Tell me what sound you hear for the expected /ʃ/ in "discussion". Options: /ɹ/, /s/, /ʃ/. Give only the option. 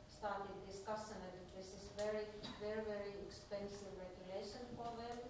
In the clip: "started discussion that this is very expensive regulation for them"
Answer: /s/